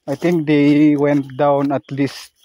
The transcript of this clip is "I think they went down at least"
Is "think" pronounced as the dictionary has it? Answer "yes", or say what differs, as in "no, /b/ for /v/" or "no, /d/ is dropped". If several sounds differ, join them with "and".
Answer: no, /t/ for /θ/